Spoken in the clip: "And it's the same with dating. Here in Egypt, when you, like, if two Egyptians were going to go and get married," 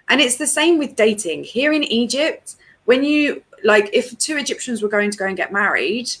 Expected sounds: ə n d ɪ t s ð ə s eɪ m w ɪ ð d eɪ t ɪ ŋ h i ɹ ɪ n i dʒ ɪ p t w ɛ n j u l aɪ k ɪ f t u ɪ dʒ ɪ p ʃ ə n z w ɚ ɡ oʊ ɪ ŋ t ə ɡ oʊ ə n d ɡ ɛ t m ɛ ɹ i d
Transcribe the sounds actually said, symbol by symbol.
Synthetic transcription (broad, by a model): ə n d ɪ t s ð ə s eɪ m w ɪ ð d eɪ t ɪ ŋ h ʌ ɹ ɪ n i dʒ ɪ p t w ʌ n j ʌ l aɪ k ɪ f t u ɪ dʒ ɪ p ʃ ə n z w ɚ ɡ oʊ ɪ ŋ t ə ɡ oʊ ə n ɡ ɛ t m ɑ ɹ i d